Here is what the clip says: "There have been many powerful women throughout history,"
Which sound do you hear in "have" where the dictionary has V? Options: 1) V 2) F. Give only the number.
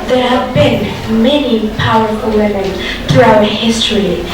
1